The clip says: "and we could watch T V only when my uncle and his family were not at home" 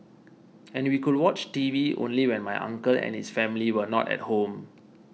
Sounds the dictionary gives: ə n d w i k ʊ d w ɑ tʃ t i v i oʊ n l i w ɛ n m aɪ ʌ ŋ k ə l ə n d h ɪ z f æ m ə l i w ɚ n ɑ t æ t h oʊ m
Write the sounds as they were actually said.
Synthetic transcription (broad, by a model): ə n w i k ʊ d w ɑ tʃ t i v i oʊ n l i w ɛ n m aɪ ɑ ŋ k ə l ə n h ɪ s f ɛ m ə l i w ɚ n ɑ t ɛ t h oʊ m